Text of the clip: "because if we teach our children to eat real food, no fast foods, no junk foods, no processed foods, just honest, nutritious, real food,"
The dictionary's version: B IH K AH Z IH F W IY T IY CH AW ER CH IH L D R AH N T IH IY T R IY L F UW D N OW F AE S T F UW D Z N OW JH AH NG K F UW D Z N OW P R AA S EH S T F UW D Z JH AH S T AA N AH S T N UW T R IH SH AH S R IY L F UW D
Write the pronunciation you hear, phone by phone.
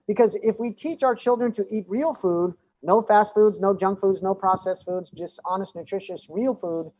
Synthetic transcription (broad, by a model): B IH K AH Z IH F W IY T IY CH AW ER CH IH L D R AH N T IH IY T R IY L F UW D N OW F AE S T F UW D Z N OW JH AH NG K F UW D Z N OW P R AA S EH S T F UW D Z JH AH S T AA N AH S T N UW T R IH SH AH S R IY L F UW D